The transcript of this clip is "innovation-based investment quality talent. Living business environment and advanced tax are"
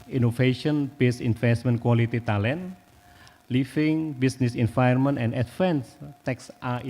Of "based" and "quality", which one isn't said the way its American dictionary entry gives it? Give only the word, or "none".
based